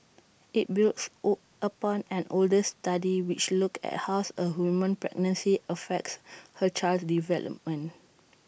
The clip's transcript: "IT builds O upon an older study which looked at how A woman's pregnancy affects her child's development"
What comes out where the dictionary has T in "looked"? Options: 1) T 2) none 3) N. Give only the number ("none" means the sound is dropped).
2